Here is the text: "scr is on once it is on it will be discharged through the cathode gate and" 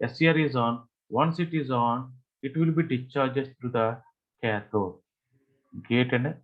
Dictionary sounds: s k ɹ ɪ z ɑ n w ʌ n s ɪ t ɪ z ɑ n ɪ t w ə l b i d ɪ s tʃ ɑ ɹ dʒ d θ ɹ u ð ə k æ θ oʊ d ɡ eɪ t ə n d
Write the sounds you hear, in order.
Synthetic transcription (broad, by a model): s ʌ ɹ ɪ z ɑ n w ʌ n s ɪ t ɪ z ɑ n ɪ t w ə l b i d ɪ tʃ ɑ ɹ dʒ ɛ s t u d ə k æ t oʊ ɡ eɪ t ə n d